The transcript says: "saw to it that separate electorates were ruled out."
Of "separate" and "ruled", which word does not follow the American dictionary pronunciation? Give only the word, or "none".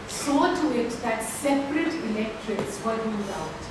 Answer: ruled